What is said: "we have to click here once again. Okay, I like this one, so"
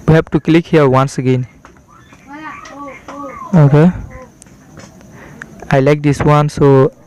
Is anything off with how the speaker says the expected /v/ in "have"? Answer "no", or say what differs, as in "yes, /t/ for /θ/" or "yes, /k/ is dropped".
yes, /p/ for /v/